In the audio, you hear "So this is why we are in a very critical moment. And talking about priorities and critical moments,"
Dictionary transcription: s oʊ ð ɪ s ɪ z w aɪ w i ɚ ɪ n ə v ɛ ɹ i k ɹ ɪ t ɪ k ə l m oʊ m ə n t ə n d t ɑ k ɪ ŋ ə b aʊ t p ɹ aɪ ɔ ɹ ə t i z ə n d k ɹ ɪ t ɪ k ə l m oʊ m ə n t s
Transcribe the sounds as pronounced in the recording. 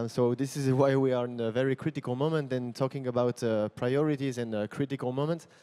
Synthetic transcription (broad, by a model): s oʊ ð ɪ s ɪ z w aɪ w i ɚ ɪ n ə v ɛ ɹ i k ɹ ɪ t ɪ k ə l m oʊ m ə n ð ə n t ɑ k ɪ ŋ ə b aʊ t p ɹ aɪ ɔ ɹ ə t i z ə n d k ɹ ɪ t ɪ k ə l m oʊ m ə n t s